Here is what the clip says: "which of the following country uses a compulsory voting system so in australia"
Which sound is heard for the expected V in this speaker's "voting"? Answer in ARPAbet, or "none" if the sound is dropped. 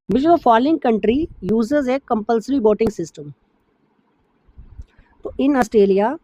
B